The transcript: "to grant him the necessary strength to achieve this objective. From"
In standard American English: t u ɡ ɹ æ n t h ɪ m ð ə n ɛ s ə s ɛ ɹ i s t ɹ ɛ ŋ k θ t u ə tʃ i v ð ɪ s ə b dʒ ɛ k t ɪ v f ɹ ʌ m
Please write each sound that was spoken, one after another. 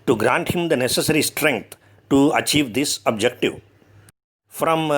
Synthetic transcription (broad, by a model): t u ɡ ɹ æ n t h ɪ m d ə n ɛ s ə s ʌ ɹ i s t ɹ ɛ ŋ k t t u ə tʃ i v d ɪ s ə b dʒ ɛ k t ɪ v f ɹ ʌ m